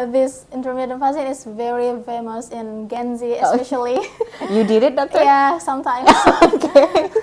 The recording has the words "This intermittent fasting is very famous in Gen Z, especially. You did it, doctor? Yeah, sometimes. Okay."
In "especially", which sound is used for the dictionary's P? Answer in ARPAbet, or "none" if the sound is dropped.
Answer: none